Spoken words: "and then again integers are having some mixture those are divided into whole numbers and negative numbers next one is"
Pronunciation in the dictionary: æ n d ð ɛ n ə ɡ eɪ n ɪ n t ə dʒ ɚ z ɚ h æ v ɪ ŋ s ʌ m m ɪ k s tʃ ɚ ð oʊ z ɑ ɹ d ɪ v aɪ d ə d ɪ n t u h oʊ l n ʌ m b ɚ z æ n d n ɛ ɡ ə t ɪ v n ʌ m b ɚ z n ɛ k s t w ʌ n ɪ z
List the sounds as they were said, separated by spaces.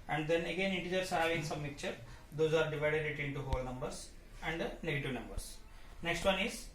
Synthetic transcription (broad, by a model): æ n d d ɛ n ə ɡ eɪ n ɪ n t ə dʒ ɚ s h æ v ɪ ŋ s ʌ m m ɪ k tʃ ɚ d oʊ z ɑ ɹ d ɪ v aɪ d ə d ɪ n t u h oʊ l n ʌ m b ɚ s æ n d n ɛ ɡ ə t ɪ v n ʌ m b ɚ s n ɛ k s t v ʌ n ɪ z